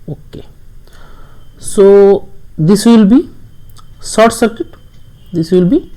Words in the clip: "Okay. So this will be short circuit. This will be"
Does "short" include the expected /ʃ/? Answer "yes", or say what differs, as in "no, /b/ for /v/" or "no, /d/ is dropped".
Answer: no, /s/ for /ʃ/